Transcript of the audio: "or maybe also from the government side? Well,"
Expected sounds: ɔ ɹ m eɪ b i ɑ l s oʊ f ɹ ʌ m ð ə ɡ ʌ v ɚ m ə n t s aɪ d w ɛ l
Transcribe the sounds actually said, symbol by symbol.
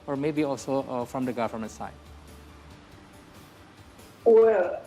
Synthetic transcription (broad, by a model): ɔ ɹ m eɪ b i ɑ l s oʊ f ɹ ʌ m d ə ɡ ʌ f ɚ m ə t s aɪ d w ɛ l